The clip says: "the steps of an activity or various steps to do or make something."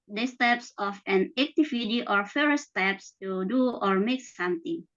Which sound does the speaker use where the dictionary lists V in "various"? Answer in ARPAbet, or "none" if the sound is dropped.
F